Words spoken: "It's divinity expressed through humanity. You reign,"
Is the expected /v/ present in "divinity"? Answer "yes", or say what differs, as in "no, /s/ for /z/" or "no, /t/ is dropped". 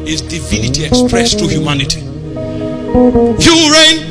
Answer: yes